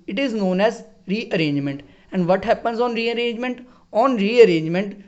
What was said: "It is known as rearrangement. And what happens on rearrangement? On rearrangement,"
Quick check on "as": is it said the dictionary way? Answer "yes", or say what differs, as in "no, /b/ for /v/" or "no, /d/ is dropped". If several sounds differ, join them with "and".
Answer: yes